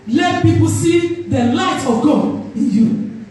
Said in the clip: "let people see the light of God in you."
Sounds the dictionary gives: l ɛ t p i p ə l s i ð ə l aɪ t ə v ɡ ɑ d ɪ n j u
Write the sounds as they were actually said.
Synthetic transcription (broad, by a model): l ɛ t p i p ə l s i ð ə l aɪ t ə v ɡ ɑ ɪ n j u